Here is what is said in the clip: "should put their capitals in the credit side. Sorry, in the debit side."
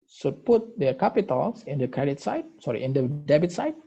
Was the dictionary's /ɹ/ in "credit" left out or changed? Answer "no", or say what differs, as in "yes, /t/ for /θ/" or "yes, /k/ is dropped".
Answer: no